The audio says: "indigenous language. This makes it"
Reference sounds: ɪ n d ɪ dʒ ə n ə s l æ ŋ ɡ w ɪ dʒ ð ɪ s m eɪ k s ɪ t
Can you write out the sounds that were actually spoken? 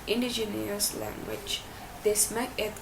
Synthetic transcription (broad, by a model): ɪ n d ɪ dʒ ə n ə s l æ ŋ ɡ w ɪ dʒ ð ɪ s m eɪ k ɪ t